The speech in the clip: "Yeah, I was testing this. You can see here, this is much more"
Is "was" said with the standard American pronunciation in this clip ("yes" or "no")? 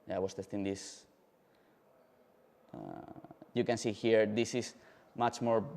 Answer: no